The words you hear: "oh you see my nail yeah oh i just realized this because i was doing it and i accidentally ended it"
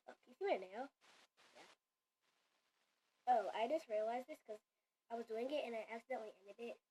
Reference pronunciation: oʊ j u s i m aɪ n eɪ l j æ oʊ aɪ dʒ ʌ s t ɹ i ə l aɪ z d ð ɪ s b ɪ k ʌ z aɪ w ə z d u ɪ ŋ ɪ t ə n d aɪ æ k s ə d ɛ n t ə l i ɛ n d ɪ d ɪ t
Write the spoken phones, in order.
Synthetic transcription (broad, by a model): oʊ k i s i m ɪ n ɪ n j æ oʊ aɪ dʒ ʌ s t ɹ i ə l aɪ z ð ɪ s k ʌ z aɪ w ə z d u ɪ ŋ ɪ t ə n aɪ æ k s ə d ɛ n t l i ɛ n d ɪ d ɪ t